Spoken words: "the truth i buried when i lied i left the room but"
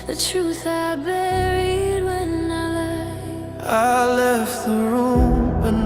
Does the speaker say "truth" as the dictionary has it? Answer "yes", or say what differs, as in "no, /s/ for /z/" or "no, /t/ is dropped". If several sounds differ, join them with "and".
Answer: yes